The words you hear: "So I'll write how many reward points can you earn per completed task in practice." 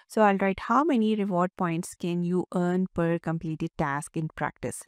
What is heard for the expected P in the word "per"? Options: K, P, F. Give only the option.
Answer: P